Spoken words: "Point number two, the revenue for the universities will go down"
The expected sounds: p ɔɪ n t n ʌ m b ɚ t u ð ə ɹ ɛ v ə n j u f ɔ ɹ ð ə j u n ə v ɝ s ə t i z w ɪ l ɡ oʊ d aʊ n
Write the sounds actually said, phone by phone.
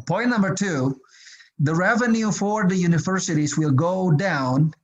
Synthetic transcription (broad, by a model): p ɔɪ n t n ʌ m b ɚ t u ð ə ɹ ɛ v ə n j u f ɔ ɹ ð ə j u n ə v ɝ s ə t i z w ɪ l ɡ oʊ d aʊ n